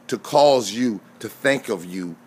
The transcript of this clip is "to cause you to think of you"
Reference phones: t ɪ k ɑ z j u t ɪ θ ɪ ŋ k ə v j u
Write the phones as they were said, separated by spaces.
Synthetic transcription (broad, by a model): t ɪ k ɑ z j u t ɪ θ ɪ ŋ k ə v j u